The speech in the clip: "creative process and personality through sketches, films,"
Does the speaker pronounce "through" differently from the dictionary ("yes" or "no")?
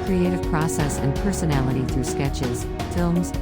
no